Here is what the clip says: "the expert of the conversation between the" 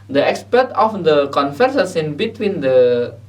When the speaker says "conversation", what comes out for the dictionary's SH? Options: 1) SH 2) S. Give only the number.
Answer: 2